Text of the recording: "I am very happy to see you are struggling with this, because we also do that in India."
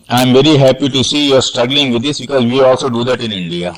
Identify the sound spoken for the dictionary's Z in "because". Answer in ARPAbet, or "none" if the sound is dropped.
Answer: Z